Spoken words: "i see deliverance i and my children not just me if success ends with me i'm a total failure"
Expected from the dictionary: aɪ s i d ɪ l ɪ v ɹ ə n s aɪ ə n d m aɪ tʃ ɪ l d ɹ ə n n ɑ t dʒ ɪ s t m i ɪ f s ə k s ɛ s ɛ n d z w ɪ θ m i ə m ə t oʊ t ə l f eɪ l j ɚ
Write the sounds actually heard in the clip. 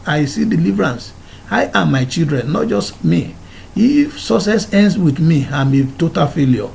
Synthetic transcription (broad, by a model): aɪ s i d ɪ l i v ɹ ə n s aɪ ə m aɪ tʃ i l d ɹ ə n n ɑ t dʒ ɪ s t m i ɪ f s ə s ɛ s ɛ n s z w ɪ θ m i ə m ə t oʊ t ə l f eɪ l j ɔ